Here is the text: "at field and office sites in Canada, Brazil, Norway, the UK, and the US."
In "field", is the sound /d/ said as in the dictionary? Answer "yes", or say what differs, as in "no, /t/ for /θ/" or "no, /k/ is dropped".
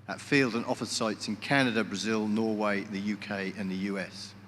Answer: yes